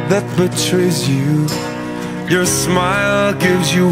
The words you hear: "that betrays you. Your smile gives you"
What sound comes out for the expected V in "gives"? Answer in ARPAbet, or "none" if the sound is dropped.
V